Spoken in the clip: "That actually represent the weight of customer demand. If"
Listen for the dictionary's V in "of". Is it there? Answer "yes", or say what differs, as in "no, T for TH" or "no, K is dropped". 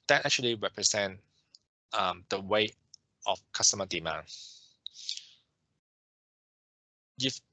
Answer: no, F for V